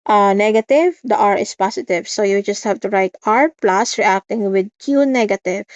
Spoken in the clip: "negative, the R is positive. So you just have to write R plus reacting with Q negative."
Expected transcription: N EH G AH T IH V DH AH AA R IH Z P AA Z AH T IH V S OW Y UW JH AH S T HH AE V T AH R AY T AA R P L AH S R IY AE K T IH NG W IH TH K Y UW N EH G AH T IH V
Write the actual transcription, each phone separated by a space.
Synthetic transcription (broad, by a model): N EH G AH T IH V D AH AA R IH S P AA S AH T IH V S OW Y UW JH AH S T HH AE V T AH R AY T AA R P L AH S R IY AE K T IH NG W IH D K Y UW N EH G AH T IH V